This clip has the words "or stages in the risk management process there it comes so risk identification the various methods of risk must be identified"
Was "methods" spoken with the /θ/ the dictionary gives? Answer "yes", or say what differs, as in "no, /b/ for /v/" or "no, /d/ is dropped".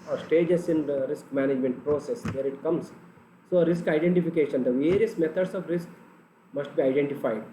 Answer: no, /t/ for /θ/